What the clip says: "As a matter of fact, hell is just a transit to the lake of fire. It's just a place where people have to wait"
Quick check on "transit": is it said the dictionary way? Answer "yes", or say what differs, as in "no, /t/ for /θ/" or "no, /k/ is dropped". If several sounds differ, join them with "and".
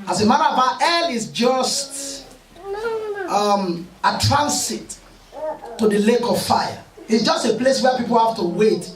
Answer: no, /s/ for /z/